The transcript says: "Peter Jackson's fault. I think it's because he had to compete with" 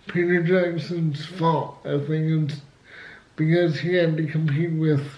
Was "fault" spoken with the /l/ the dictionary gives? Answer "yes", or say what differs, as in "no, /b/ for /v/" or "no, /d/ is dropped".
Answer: no, /l/ is dropped